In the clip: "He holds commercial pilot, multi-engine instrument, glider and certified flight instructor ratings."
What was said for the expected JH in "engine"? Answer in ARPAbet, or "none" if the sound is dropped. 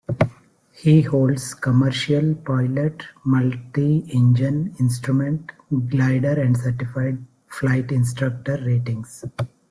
JH